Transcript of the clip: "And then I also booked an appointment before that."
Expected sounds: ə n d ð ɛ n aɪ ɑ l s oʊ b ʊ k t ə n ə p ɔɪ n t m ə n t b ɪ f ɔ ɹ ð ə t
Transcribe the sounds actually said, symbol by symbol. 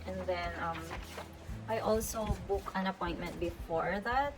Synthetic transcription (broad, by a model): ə n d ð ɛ n aɪ ɑ l s oʊ b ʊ k ə n ə p ɔɪ n t m ə n t b ɪ f ɔ ɹ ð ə t